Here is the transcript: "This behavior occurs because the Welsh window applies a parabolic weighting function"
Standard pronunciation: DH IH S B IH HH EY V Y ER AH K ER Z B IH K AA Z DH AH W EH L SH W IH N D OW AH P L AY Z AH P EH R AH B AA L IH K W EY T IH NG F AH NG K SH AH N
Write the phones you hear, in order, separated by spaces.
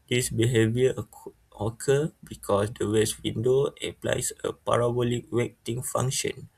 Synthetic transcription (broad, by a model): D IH S B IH HH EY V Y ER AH K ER B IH K AA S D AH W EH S W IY N D OW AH P L AY S AH P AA R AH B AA L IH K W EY T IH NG F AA NG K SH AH N